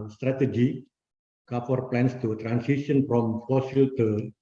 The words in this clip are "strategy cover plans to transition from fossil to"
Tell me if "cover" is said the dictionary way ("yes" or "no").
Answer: no